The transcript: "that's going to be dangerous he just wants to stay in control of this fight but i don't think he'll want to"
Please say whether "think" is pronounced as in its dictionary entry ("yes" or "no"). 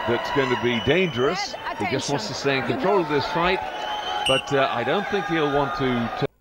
yes